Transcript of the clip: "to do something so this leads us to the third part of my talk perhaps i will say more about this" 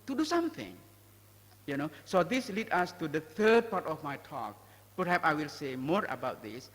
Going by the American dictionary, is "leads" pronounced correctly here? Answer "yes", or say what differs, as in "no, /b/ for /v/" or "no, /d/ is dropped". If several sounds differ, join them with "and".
no, /z/ is dropped